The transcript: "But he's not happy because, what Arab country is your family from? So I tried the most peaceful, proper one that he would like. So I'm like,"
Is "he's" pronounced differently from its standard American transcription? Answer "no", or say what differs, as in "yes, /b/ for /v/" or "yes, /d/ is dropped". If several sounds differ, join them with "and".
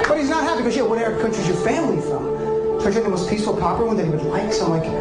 no